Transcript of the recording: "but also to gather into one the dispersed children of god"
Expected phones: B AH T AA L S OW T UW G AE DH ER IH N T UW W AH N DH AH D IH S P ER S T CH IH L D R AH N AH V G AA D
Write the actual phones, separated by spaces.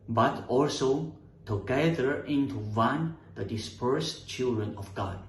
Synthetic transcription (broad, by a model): B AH T AA L S OW T UW G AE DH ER IH N T UW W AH N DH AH D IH S P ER S CH IH L D R AH N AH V G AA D